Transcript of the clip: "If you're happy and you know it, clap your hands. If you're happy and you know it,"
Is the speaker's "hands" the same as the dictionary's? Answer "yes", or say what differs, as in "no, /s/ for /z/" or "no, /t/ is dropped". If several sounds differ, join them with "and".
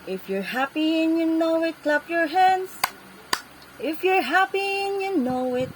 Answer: yes